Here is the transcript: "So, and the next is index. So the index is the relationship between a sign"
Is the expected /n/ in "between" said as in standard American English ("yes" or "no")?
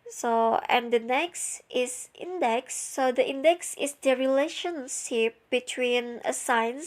yes